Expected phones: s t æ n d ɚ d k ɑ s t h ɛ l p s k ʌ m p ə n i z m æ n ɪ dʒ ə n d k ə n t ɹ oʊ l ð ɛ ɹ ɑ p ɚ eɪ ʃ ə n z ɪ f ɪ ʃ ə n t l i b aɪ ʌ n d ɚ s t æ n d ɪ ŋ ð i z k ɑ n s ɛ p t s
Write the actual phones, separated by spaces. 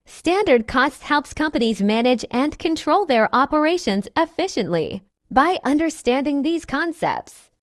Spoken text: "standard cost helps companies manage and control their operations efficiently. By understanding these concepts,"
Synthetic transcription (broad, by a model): s t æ n d ɚ d k ɑ s t h ɛ l p s k ʌ m p ə n i z m æ n ɪ dʒ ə n k ə n t ɹ oʊ l ð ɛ ɹ ɑ p ɚ eɪ ʃ ə n z ɪ f ɪ ʃ ə n t l i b aɪ ʌ n d ɚ s t æ n d ɪ ŋ ð i z k ɑ n s ɛ p t s